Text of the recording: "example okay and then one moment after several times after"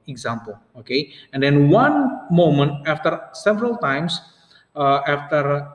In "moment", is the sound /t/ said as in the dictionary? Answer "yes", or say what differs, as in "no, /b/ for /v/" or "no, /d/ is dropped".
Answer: yes